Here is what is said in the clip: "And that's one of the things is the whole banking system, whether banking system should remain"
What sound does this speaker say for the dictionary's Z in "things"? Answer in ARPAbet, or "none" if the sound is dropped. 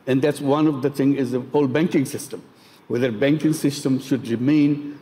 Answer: none